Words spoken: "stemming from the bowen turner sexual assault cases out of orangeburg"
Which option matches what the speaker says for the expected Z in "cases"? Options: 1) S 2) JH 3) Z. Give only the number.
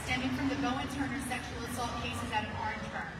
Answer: 3